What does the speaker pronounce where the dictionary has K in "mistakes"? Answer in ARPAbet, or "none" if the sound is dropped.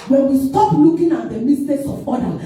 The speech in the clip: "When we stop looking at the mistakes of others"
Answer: none